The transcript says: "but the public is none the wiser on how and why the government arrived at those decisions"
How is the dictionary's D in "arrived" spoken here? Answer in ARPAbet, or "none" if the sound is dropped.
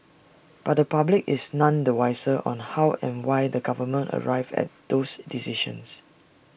none